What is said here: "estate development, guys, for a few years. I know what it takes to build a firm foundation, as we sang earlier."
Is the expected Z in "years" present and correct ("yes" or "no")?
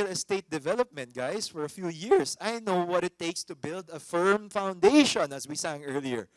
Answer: no